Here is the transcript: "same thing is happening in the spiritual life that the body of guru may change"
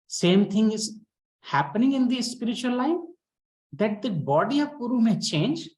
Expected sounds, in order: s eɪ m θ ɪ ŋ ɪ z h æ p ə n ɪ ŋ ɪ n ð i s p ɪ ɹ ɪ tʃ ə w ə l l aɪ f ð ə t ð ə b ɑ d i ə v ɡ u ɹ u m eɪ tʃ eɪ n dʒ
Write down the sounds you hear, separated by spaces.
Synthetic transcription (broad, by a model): s eɪ m t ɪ ŋ ɪ z h æ p ə n ɪ ŋ ɪ n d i s p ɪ ɹ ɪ tʃ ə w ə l l aɪ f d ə t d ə b ɑ d i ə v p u ɹ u m eɪ tʃ eɪ n dʒ